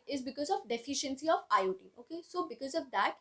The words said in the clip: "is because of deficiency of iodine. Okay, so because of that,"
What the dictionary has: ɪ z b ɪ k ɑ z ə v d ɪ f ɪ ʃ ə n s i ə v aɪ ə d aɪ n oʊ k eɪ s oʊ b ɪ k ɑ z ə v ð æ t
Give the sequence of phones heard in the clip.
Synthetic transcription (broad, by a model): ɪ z b ɪ k ɑ z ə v d ɪ f ɪ ʃ ə n s i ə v aɪ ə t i oʊ k eɪ s oʊ b ɪ k ɑ z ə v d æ t